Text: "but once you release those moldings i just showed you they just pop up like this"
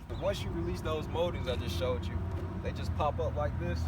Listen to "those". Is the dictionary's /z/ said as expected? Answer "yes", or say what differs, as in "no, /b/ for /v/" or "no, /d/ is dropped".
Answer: yes